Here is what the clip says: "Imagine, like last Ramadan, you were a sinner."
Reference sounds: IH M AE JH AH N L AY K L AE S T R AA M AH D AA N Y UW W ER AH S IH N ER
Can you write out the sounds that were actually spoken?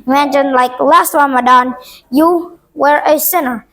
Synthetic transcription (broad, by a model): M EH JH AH N L AY K L AE S T W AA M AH D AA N Y UW W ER AH S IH N ER